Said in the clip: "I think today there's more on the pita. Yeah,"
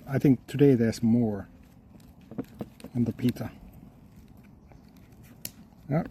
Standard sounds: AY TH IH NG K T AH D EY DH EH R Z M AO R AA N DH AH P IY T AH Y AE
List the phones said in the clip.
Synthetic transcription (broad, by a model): AY TH IH NG K T AH D EY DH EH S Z M AO R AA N DH AH P IY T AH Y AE